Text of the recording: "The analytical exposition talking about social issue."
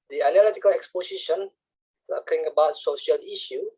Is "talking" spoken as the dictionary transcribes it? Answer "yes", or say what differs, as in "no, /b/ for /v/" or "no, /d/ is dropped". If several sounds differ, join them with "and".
no, /s/ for /t/